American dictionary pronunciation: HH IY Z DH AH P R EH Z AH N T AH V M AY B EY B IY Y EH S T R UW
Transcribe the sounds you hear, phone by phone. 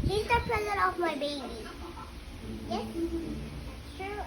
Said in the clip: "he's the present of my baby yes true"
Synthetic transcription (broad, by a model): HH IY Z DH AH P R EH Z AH T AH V M AY B EY B IY Y EH S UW